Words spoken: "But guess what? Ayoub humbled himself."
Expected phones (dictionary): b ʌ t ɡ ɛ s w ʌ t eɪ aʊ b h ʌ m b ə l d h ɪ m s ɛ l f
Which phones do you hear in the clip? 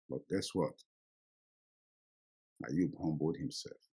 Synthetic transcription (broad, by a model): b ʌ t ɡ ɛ s w ʌ t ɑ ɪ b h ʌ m b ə d h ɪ m s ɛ l f